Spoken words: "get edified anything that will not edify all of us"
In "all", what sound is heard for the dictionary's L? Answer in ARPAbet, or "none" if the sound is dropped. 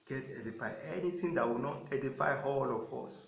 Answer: L